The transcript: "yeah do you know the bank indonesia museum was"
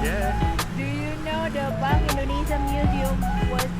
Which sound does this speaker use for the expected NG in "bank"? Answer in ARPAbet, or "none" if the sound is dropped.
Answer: none